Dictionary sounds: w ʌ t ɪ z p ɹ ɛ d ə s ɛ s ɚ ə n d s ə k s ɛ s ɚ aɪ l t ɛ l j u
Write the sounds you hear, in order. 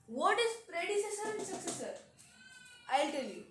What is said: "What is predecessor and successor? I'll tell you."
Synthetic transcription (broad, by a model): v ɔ t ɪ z p ɹ ɛ d ə s ɛ s ɚ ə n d s ə k s ɛ s ɚ aɪ l t ɛ l j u